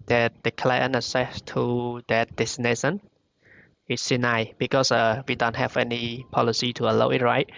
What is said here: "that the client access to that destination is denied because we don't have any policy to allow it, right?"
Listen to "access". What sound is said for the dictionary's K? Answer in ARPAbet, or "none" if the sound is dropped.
none